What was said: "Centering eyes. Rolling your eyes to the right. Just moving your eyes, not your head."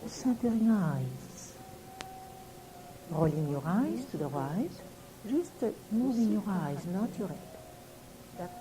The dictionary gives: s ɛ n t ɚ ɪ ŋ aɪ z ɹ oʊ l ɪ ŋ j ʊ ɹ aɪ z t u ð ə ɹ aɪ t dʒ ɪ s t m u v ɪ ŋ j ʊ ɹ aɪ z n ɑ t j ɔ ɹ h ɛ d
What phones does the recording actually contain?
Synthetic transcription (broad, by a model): s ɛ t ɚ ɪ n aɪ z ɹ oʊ l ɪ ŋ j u ɹ aɪ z t u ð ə ɹ aɪ t ʒ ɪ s t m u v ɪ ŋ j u ɹ aɪ z n ɑ t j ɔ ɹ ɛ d